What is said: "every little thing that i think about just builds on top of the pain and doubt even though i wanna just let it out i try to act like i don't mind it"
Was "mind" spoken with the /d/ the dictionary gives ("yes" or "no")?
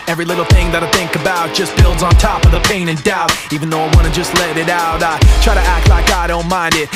yes